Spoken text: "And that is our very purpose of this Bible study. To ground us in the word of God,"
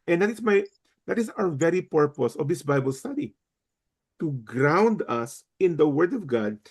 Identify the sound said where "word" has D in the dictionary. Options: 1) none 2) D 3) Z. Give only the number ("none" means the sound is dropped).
2